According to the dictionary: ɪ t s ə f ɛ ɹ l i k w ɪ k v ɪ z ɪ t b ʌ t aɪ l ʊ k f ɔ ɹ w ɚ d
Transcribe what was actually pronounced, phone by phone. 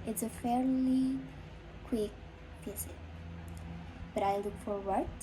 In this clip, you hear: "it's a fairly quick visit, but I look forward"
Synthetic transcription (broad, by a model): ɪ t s ə f ɛ ɹ l i k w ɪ k p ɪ s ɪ b ʌ t aɪ l ʊ k f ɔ ɹ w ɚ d